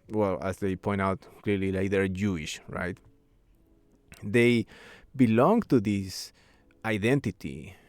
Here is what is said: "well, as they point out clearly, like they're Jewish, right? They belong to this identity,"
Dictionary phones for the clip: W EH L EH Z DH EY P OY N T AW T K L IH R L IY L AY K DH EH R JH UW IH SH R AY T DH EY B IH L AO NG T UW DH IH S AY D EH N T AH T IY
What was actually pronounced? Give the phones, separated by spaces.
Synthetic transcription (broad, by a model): W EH L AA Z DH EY P OY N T AW T K L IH R L IY L AY K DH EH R JH UW IH SH R AY T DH EY B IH L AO NG T UW DH IH S AY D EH N T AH T IY